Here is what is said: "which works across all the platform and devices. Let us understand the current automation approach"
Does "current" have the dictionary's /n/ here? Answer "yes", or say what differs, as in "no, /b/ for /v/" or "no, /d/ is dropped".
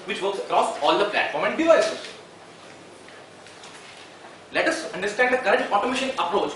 no, /n/ is dropped